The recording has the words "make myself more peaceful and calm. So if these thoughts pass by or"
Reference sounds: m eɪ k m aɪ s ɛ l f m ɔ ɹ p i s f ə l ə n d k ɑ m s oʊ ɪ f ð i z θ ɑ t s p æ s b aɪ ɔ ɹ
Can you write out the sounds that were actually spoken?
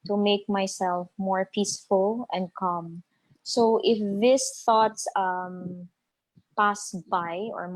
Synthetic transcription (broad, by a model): m eɪ k m aɪ s ɛ l f m ɔ ɹ p i s f ə l ə n d k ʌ m s oʊ ɪ f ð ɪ s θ ɑ t s p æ s b aɪ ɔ ɹ